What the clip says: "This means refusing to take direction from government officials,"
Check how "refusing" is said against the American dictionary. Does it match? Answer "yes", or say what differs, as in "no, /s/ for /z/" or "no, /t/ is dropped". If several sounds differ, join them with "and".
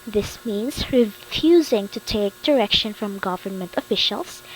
yes